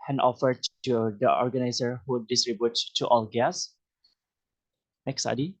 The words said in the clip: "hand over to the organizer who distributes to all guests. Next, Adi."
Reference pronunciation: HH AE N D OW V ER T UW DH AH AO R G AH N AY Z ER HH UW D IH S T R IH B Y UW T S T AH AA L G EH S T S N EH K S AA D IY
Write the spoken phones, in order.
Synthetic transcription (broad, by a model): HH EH N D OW F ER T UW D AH AO R G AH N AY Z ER HH UW D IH S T R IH B Y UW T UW T AA L G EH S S N EH K S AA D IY